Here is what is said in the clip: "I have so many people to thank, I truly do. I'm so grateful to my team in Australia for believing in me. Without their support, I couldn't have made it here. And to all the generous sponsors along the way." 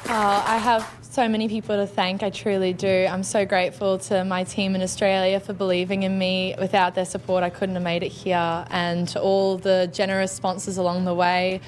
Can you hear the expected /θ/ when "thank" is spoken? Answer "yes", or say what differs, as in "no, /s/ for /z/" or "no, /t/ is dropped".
yes